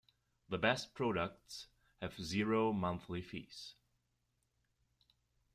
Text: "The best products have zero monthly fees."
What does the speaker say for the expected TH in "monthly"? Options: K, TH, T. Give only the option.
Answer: TH